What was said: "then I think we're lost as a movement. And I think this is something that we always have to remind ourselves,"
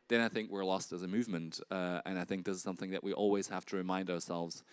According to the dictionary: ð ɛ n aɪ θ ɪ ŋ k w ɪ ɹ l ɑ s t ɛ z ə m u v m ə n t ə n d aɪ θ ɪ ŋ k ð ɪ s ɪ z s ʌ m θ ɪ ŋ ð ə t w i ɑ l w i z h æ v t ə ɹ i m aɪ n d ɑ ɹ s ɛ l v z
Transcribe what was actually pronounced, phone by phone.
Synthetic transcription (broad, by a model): ð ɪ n aɪ θ ɪ ŋ k w ɪ ɹ l ɑ s t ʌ z ə m u v m ə n t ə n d aɪ θ ɪ ŋ k ð ɪ s ɪ z s ʌ m θ ɪ ŋ ð ə t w i ɑ l w i z h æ f t ə ɹ i m aɪ n d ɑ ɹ s ɛ l v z